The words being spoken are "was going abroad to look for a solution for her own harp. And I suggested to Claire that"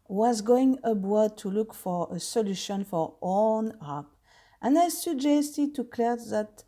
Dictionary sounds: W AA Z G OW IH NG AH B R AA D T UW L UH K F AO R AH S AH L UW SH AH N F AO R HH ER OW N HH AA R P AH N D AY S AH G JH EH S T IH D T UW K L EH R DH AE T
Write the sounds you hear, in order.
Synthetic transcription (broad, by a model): W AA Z G OW IH NG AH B W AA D T UW L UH K F AO R AH S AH L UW SH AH N F AO R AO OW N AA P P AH N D AY S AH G JH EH S T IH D T UW K L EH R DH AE T